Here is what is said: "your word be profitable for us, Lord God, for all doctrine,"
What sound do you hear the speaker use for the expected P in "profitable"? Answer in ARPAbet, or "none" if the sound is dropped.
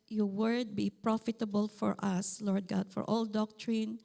P